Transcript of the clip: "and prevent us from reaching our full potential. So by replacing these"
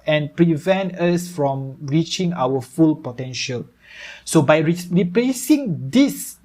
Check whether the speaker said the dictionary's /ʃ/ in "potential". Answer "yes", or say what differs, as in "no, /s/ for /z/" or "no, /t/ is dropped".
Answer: yes